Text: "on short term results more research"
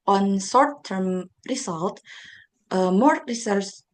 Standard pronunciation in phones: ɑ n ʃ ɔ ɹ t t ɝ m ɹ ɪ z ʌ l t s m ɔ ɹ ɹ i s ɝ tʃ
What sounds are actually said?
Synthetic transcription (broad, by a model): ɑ n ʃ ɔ ɹ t t ɝ m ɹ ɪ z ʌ l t m ɔ ɹ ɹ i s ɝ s